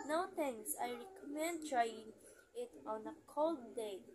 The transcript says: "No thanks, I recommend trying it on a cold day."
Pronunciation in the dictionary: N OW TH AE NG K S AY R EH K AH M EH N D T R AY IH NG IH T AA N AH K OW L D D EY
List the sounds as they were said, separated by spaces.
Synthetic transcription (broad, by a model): N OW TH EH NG S AY R EH K AH M EH N D T R AY IH NG IH T AA N AH K OW L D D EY